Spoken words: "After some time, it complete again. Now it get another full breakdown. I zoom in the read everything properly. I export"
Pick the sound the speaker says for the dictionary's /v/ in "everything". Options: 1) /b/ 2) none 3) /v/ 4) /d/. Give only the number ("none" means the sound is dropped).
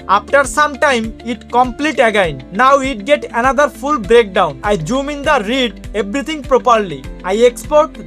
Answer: 1